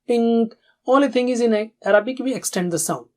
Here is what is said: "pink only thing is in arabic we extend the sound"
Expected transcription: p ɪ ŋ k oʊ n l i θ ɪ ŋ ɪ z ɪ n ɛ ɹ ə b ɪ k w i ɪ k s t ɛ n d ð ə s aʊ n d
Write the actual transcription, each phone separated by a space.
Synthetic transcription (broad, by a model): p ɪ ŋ k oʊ l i t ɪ ŋ ɪ z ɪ n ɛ ɹ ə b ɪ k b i ɪ k s t ɛ n d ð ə s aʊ n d